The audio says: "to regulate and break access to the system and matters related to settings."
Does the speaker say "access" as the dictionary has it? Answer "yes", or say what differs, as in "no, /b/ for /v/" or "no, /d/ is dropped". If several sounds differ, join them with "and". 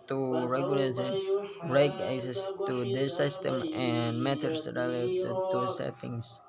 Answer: no, /k/ is dropped